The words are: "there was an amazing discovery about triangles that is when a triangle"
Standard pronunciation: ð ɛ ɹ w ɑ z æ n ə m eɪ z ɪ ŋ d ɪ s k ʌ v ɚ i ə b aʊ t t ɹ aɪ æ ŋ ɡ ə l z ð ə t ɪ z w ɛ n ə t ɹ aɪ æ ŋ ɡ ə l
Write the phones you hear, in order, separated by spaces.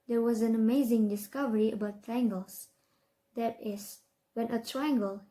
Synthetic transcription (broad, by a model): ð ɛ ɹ w ɑ z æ n ə m eɪ z ɪ ŋ d ɪ s k ʌ v ɚ i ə b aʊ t t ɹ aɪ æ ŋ ɡ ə l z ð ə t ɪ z w ɛ n ə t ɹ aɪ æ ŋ ɡ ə l